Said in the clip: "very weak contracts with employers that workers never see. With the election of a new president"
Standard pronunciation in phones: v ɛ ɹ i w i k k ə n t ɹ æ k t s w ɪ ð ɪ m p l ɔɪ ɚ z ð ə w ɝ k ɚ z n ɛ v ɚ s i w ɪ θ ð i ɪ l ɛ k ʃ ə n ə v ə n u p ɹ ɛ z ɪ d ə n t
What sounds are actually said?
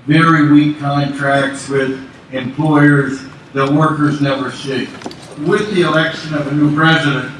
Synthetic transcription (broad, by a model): v ɛ ɹ i w i k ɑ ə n t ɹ æ k s w ɪ ð ɪ m p l ɔɪ ɚ z ð ə w ɝ k ɚ z n ɛ v ɚ ʃ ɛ w ɪ ð i ɪ l ɛ k ʃ ə n ə v ə n u p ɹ ɛ z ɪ d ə n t